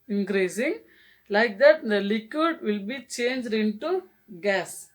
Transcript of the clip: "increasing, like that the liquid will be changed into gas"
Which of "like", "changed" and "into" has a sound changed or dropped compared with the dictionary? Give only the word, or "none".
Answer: none